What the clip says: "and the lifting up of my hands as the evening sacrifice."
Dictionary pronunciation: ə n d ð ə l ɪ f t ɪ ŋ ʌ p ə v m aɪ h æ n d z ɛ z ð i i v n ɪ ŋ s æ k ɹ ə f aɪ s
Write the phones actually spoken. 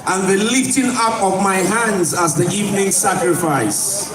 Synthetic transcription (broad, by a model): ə n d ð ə l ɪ f t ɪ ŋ ʌ p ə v m aɪ h æ n d z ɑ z ð i i v n ɪ ŋ s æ k ɹ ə f aɪ s